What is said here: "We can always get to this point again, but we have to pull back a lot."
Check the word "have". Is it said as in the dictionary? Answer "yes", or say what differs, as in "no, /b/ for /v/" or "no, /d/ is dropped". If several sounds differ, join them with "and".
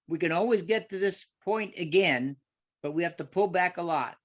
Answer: no, /f/ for /v/